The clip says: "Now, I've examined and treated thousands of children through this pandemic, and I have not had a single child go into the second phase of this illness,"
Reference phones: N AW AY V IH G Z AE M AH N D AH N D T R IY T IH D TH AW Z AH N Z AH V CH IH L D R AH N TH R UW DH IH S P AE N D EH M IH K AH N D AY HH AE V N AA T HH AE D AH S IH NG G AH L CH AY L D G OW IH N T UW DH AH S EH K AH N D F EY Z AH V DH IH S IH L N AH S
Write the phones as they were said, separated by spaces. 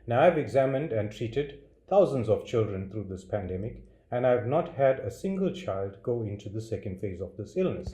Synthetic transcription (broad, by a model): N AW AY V IH G Z AE M AH N D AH N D T R IY T IH D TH AW Z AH N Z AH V CH IH L D R AH N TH R UW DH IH S P AE N D EH M IH K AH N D AY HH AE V N AA T HH AE D AH S IH NG G AH L CH AY L D G OW IH N T UW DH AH S EH K AH N D F EY Z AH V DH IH S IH L N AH S